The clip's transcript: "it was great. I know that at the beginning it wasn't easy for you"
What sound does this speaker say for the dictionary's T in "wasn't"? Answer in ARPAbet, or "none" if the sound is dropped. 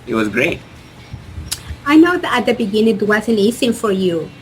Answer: none